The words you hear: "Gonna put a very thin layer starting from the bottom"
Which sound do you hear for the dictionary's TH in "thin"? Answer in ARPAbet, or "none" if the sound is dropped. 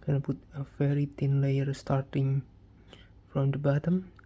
T